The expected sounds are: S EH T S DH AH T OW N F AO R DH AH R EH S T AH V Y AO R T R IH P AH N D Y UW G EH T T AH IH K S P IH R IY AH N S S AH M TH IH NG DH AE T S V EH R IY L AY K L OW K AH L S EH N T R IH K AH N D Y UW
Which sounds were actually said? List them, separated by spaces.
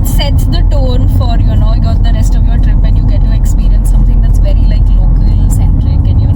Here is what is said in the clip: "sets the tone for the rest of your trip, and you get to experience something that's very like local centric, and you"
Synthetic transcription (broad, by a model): S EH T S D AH T OW N F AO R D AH R EH S T AH V Y AO R T R IH P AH N Y UW G EH T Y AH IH K S P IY R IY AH N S S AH M T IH NG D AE T S V EH R IY L AY K L OW K AH L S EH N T L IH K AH N Y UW